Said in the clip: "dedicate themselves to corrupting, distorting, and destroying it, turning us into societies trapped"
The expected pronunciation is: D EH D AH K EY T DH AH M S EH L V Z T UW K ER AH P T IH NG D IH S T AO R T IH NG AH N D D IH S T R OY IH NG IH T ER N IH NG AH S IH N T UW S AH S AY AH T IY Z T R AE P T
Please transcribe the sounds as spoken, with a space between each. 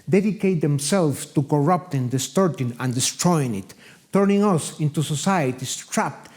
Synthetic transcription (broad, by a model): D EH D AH K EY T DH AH M S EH L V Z T UW K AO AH P T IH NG D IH S T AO R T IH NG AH N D D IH S T R OY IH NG IH T ER N IH NG AH S IH N T UW S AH S AY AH T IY S T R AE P T